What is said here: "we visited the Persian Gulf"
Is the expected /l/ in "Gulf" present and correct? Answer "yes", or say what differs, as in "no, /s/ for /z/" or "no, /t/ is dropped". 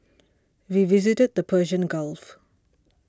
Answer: yes